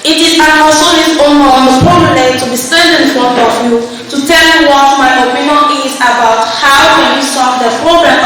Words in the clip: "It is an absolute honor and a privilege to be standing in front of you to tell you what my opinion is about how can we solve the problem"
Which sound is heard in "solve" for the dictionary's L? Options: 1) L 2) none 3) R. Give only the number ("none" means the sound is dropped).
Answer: 2